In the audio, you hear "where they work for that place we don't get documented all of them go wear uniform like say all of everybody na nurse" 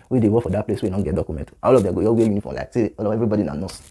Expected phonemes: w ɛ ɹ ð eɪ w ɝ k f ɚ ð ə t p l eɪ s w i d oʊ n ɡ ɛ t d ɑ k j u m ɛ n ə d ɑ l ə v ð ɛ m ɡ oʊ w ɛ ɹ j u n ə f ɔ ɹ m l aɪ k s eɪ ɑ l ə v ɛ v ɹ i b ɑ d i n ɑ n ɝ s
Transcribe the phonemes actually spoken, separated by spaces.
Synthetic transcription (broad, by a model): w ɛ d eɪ w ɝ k f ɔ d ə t p l eɪ s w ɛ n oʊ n ɡ ɛ t d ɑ k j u m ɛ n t ɑ l ə v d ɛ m ɡ oʊ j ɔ w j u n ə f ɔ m l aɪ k s eɪ ɑ l ə v ɛ v ɹ i b ɑ d i n ɑ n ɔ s